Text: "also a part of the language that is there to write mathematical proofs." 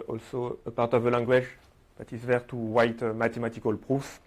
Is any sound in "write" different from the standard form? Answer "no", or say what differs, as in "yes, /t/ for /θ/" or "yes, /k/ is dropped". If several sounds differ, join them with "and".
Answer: yes, /w/ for /ɹ/